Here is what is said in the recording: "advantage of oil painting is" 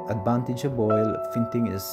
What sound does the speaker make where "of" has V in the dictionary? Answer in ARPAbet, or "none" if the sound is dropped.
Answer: B